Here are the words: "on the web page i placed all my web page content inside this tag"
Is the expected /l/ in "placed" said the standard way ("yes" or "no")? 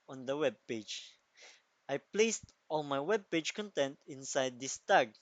yes